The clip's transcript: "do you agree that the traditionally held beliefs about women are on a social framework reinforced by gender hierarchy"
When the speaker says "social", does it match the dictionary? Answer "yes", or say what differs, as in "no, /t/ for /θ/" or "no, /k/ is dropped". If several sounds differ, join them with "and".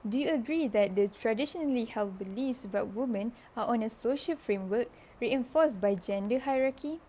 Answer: yes